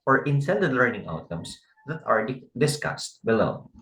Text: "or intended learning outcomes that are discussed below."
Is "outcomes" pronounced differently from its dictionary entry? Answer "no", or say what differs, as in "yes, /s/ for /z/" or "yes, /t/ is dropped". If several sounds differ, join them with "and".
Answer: yes, /k/ is dropped and /s/ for /z/